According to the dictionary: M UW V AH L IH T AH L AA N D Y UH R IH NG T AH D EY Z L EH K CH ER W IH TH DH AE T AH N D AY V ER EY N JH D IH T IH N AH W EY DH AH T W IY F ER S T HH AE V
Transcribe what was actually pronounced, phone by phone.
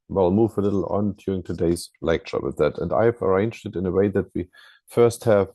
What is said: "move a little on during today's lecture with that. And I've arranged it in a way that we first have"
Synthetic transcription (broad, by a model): M UW V AH L IH T L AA N D Y UH R IH NG T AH D EY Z L EH K CH ER W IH DH AE T AH N D AY V ER EY N JH D IH T IH N AH W EY DH AH T W IY F ER S T HH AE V